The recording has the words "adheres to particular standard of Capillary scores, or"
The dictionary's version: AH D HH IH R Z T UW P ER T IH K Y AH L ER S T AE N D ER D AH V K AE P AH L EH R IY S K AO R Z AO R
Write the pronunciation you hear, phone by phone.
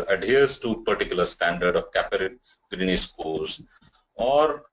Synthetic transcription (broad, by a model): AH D HH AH R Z T UW P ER T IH K Y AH L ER S T AE N D ER D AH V K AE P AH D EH R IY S K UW L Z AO R